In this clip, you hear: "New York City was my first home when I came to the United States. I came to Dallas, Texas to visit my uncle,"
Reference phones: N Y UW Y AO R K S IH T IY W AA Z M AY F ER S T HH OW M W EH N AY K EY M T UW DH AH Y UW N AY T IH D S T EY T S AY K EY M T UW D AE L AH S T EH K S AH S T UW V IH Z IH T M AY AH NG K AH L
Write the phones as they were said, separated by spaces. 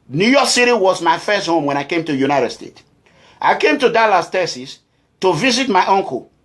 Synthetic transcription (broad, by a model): N Y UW Y AO K S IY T IY W AA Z M AY F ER S T HH OW M W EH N AY K EY M T UW Y UW N AY T IH D S T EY T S AY K EY M T UW D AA L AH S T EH S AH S T UW V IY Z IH T M AY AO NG K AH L